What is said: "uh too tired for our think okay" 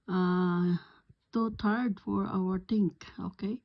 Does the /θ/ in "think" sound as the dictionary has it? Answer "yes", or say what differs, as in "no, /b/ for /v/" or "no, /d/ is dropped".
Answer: no, /t/ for /θ/